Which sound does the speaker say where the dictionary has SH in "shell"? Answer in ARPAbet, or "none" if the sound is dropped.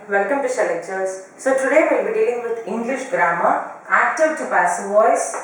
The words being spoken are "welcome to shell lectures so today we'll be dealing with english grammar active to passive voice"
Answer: S